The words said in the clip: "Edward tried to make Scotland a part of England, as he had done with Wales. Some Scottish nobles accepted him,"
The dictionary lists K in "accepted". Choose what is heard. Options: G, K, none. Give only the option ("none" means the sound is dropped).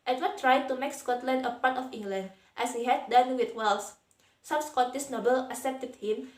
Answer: none